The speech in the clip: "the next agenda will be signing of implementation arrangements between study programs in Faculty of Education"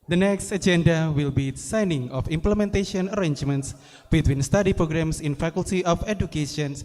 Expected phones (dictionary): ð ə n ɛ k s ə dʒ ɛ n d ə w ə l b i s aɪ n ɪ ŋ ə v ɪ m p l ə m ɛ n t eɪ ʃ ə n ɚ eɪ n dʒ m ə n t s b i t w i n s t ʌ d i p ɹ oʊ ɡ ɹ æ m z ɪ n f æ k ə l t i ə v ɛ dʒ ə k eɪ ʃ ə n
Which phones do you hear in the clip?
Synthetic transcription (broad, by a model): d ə n ɛ k s ə dʒ ɛ n d ə w ə l b i s aɪ n ɪ ŋ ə f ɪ m p l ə m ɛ n t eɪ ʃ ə n ɚ eɪ n dʒ m ə n t s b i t w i n s t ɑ d i p ɹ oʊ ɡ ɹ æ m s ɪ n f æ k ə l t i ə f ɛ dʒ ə k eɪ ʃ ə n